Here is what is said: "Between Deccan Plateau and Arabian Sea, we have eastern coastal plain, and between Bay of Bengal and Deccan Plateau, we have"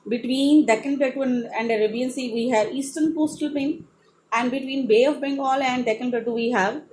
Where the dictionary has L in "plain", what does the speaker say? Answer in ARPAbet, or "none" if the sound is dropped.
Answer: none